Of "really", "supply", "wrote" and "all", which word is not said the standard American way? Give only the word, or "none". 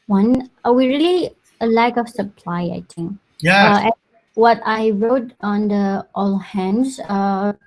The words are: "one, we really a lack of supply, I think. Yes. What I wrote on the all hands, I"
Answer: none